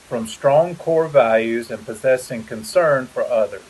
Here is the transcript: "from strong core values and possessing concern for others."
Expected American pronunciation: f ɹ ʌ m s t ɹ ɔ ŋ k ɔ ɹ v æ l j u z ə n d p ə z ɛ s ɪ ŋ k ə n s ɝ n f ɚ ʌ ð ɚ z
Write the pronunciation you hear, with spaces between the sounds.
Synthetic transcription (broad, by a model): f ɹ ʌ m s t ɹ ɔ ŋ k ɔ ɹ v æ l j u z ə n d p ə z ɛ s ɪ ŋ k ə n s ɝ n f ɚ ʌ ð ɚ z